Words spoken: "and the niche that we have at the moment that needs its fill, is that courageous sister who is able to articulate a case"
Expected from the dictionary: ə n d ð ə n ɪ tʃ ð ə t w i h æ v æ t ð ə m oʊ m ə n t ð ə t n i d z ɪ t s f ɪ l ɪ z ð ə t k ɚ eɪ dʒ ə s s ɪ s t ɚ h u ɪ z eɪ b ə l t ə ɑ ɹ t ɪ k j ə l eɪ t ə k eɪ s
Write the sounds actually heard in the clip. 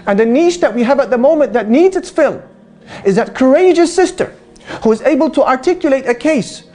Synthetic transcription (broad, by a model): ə n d ð ə n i ʃ ð ə t w i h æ v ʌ t ð ə m oʊ m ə n ð ə t n i d z ɪ t s f ɪ l ɪ z ð ə t k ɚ eɪ dʒ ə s s ɪ s t ɚ h u ɪ z eɪ b ə l t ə ɑ ɹ t ɪ k j ə l eɪ t ə k eɪ s